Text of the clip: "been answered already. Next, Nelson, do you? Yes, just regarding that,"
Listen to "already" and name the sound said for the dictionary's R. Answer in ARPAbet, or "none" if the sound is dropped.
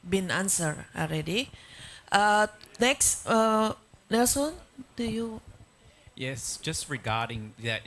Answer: L